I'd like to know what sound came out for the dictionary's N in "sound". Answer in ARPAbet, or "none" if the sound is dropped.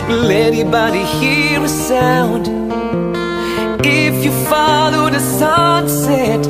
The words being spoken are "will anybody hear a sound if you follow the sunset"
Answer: N